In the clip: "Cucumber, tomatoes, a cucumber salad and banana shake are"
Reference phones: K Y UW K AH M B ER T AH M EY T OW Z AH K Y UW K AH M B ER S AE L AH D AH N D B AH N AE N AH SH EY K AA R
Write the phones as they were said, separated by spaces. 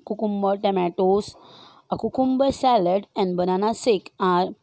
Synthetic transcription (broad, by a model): K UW K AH M B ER T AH M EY T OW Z AH K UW K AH M B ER S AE L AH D AH N D B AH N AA N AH S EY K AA R